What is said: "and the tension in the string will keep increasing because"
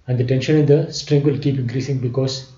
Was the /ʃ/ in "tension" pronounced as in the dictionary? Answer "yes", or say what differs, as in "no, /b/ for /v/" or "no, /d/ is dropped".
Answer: yes